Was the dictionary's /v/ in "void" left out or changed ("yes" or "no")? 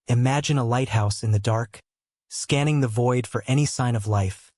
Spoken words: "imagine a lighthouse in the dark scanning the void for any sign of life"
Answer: no